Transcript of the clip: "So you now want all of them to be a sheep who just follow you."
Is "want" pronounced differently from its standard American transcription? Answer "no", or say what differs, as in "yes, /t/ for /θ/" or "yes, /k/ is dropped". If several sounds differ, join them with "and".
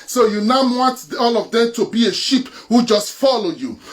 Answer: no